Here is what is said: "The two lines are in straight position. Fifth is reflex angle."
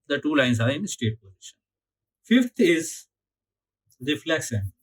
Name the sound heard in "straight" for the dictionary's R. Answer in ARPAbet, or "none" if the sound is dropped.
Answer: none